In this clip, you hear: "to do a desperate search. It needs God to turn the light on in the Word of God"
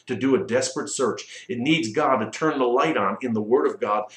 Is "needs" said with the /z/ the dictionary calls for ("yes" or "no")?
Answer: yes